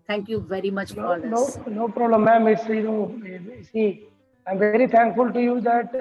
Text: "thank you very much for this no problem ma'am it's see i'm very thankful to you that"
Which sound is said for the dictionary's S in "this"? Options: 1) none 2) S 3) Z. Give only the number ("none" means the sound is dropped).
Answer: 1